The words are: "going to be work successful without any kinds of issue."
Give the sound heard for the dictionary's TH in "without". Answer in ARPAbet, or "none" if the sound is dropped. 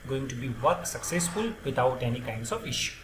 T